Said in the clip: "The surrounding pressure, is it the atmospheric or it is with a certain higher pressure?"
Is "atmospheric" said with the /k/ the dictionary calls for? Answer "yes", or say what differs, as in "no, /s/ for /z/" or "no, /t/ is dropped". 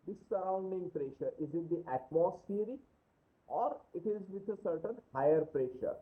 no, /k/ is dropped